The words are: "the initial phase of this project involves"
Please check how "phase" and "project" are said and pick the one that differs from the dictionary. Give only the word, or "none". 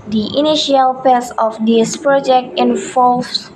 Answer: phase